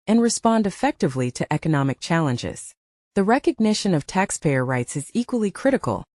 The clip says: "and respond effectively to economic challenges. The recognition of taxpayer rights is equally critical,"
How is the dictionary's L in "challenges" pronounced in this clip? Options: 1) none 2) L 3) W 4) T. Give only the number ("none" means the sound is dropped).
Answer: 2